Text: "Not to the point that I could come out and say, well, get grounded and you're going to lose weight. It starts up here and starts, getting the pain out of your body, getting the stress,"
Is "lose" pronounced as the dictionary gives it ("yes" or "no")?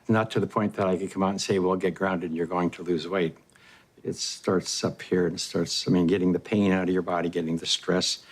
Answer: yes